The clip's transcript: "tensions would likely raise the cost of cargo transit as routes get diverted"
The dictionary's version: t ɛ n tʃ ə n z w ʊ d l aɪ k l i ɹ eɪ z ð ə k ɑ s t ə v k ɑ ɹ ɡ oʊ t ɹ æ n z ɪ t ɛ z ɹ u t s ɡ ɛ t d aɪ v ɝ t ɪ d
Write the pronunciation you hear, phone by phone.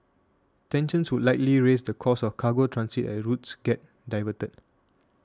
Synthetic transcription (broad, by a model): t ɛ n ʃ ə n s w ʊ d l aɪ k l i ɹ eɪ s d ə k ɑ s ə f k ɑ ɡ oʊ t ɹ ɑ n s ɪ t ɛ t ɹ u t s ɡ ɛ t d aɪ v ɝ t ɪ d